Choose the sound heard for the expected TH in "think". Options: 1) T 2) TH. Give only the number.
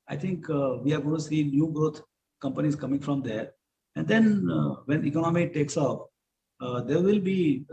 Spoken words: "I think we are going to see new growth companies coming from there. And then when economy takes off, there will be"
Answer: 1